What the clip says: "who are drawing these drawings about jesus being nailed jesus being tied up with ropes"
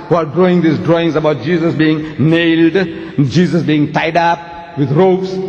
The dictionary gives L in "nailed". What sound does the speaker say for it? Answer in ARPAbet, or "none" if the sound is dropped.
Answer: L